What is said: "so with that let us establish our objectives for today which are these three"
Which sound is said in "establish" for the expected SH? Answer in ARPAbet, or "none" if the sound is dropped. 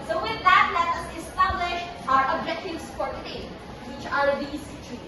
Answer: SH